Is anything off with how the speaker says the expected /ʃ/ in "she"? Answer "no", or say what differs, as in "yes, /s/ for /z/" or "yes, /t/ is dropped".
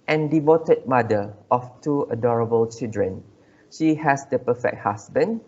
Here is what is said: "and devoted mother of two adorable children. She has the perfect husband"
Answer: no